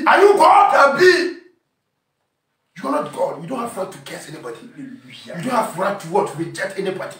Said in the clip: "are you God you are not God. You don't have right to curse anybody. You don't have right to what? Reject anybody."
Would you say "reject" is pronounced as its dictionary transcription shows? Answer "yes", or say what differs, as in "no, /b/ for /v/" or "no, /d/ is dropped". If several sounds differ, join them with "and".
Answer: no, /k/ is dropped